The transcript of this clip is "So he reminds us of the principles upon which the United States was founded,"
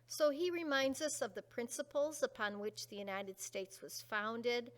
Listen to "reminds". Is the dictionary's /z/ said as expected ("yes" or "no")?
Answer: yes